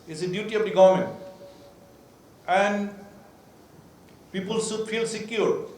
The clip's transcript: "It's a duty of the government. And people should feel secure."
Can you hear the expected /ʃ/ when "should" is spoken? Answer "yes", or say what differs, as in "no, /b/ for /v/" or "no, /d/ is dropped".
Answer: no, /s/ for /ʃ/